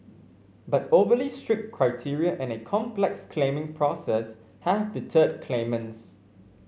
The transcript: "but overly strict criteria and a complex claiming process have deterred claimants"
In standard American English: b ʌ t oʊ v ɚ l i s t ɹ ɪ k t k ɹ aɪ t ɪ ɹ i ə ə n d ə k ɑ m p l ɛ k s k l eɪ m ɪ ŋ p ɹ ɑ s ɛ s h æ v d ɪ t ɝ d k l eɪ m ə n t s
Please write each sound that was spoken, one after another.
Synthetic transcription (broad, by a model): b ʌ t oʊ v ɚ l i s t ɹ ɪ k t k ɹ aɪ t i ɹ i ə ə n ə k ɑ m p l ɛ k s k l eɪ m ɪ ŋ p ɹ ɑ s ɛ s h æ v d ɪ t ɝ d k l eɪ m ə n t s